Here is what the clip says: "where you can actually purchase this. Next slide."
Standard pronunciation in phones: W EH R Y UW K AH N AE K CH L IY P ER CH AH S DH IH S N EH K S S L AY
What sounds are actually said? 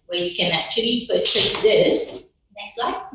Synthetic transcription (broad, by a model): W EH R Y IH K AH N AE K CH L IY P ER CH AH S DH IH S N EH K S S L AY